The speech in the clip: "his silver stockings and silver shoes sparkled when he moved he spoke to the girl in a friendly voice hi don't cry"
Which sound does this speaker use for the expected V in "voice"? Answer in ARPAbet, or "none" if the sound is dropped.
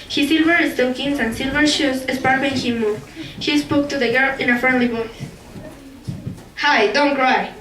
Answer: B